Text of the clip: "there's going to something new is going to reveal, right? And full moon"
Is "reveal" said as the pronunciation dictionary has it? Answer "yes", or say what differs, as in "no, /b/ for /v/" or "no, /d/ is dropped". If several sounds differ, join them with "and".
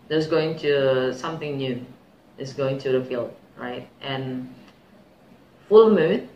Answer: no, /f/ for /v/